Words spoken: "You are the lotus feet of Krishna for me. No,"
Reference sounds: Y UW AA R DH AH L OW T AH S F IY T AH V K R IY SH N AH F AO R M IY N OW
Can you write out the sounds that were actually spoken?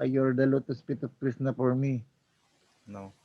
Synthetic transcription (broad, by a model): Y AA R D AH L OW T AH S P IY T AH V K R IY S N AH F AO R M IY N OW